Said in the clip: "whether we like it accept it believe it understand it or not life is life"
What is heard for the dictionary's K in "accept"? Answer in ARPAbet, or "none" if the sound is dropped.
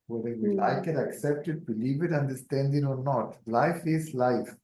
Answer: K